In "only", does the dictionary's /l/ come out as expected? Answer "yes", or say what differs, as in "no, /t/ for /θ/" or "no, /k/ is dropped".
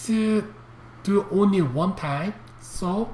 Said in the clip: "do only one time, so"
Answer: yes